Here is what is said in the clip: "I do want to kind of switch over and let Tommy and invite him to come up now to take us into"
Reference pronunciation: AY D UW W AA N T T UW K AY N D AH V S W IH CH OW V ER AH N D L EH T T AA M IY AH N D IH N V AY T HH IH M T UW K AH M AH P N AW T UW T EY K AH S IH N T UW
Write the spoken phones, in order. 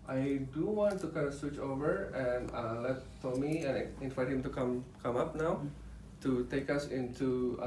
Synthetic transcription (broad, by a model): AY D UW W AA N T T UW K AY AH S W IH CH OW V ER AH N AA L EH T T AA M IY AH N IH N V AY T HH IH M T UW K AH M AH P N AW T UW T EY K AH S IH N T UW